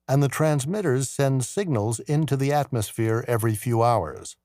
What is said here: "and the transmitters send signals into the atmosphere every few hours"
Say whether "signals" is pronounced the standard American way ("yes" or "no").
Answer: yes